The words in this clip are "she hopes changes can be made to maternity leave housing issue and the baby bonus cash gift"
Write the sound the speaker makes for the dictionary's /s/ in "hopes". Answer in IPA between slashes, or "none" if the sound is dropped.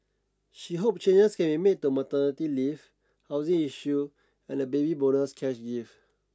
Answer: none